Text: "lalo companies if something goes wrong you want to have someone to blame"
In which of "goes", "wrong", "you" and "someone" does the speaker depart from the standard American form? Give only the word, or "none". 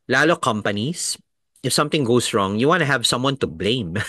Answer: goes